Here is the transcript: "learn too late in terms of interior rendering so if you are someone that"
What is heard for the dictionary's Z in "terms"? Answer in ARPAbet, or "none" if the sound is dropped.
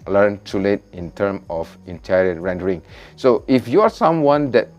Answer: none